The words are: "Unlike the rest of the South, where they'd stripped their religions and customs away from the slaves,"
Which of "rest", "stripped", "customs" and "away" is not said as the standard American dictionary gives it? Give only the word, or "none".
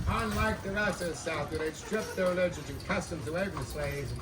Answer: rest